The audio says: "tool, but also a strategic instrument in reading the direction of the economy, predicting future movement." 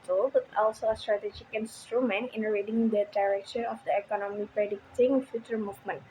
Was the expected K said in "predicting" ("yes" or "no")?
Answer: yes